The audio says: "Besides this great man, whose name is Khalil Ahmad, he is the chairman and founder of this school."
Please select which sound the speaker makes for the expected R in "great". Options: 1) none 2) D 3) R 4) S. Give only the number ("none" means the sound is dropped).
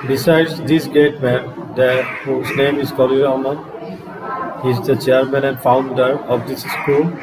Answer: 1